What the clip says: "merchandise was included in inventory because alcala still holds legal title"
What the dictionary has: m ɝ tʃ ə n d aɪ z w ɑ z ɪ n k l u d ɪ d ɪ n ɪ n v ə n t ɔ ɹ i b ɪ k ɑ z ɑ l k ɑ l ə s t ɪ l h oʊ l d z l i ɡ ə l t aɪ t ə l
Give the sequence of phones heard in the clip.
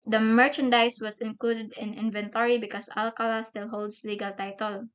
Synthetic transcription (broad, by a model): m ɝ tʃ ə n d aɪ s w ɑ s ɪ n k l u d ɪ d ɪ n ɪ n v ə n t ɔ ɹ i b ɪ k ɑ s ɑ l k ɑ l ə s t ɪ l h oʊ l d s l i ɡ ə l t aɪ t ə l